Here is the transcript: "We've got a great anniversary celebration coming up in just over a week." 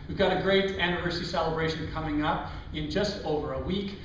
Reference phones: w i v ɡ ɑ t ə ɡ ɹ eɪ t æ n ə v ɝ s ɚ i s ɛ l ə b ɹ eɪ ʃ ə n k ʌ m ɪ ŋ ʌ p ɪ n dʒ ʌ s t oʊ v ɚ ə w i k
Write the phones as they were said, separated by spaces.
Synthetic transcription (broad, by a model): w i v ɡ ɑ t ə ɡ ɹ eɪ t æ n ə v ɝ s ɚ i s ɛ l ə b ɹ eɪ ʃ ə n k ʌ m ɪ ŋ ʌ p ɪ n dʒ ʌ s t oʊ v ɚ ə w i k